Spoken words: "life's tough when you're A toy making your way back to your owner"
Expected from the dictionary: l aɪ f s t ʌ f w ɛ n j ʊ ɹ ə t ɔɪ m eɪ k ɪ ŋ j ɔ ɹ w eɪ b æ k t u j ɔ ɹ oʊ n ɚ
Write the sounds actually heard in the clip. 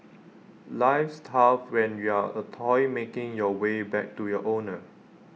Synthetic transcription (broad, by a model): l aɪ f s t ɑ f w ɛ n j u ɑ ə t ɔɪ m eɪ k ɪ ŋ j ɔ w eɪ b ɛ k t u j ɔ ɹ oʊ n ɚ